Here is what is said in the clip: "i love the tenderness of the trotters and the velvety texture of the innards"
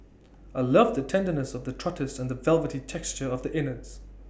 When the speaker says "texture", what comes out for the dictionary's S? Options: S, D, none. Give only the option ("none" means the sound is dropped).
S